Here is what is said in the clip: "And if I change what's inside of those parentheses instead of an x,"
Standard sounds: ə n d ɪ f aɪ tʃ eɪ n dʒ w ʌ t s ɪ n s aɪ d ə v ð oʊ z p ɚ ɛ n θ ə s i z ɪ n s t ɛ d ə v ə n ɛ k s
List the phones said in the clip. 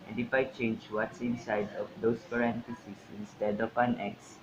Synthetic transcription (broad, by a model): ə n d ɪ f aɪ tʃ eɪ n dʒ w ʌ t s ɪ n s aɪ d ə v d oʊ s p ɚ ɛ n t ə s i s ɪ n s t ɛ d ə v ə n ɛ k s